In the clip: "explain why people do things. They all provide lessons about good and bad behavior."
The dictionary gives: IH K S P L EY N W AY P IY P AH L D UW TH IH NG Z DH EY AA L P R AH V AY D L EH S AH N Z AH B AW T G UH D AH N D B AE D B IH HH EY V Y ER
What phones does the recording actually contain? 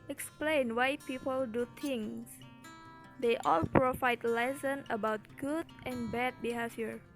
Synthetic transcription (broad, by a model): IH K S P L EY N W AY P IY P AH L D UW T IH NG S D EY AA L P R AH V AY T L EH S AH N AH B AW T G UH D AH N B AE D B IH HH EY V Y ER